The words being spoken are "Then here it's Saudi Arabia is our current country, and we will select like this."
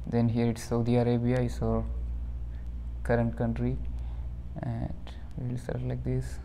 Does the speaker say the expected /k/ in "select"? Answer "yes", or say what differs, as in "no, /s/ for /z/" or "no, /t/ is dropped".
no, /k/ is dropped